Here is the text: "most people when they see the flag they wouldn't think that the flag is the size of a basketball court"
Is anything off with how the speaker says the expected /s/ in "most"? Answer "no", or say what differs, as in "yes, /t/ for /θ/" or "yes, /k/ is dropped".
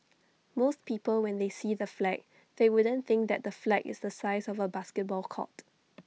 no